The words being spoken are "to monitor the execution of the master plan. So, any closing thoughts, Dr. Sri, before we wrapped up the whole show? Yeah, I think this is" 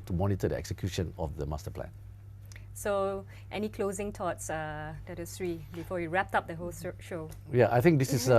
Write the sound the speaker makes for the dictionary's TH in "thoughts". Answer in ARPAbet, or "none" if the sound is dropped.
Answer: T